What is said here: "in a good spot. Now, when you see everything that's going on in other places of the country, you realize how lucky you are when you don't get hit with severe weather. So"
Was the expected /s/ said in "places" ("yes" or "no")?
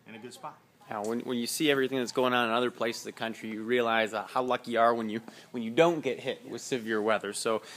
no